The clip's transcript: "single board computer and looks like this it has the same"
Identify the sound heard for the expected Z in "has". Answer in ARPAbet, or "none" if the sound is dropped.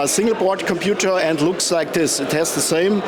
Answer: S